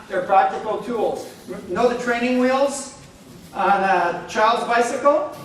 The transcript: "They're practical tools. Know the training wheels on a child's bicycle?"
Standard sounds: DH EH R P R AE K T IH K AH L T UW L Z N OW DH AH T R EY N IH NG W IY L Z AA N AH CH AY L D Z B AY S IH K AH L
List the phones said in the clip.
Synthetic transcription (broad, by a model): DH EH R P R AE K T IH K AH L T UW L Z N OW DH AH T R EY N IH NG W IY L Z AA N AH CH AY L D Z B AY S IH K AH L